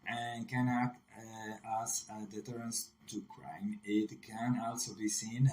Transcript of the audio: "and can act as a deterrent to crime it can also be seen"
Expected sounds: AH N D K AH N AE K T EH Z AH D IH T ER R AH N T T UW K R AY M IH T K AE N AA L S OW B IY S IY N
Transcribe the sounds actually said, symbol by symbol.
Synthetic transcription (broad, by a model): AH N K AH N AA T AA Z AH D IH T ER R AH N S T UW K R AY M IH T K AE N AA L S OW B IY S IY N